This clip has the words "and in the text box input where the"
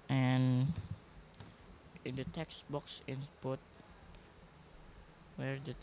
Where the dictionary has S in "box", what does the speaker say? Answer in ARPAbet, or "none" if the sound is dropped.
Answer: S